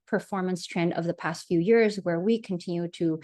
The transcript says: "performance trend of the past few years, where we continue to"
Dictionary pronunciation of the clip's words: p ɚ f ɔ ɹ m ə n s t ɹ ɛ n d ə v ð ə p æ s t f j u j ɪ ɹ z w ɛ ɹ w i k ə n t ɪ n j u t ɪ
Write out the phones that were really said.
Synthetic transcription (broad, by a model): p ɚ f ɔ ɹ m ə n s t ɹ ɛ n d ə v ð ə p æ s t f j u j ɪ ɹ z w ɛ ɹ w i k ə n t ɪ n j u t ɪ